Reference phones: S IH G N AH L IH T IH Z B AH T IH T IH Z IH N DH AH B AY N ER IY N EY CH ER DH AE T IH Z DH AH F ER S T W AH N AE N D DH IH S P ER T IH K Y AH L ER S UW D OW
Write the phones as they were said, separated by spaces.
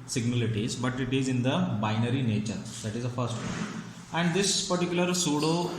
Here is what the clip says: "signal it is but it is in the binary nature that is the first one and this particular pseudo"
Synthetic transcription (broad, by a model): S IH G N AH L IH T IH Z B AH T IH T IH Z IH N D AH B AY N ER IY N EY CH ER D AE T IH Z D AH F ER S T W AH AE N D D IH S P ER T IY K Y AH L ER S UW D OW